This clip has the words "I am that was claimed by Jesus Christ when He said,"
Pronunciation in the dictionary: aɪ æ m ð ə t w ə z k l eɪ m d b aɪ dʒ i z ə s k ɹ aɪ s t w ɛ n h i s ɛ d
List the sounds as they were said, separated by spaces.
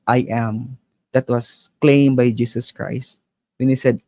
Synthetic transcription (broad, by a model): aɪ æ m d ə t w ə s k l eɪ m b aɪ dʒ i s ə s k ɹ aɪ s t w ɛ n h i s ɛ d